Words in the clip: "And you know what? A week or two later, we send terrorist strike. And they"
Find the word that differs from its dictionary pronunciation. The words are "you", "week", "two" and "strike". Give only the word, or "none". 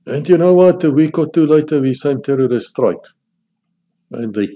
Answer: none